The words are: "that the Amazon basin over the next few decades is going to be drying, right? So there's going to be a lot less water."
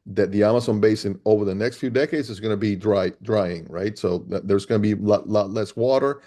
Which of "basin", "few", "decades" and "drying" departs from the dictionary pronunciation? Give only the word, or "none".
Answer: none